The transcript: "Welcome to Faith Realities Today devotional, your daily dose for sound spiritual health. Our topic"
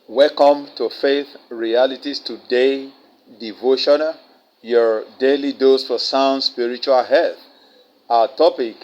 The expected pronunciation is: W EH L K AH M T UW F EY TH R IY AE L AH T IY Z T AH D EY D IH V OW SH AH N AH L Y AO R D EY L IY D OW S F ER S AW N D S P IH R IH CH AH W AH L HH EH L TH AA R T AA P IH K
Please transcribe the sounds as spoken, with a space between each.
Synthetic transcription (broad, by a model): W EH L K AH M T UW F EY TH R IY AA L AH T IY S T AH D EY D IH V OW SH AH N AH L Y AO R D EY L IY D OW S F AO S AW N D S P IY R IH CH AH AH L HH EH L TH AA T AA P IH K